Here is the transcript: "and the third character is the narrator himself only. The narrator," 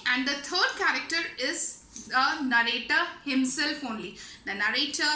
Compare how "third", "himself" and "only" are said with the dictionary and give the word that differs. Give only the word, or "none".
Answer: third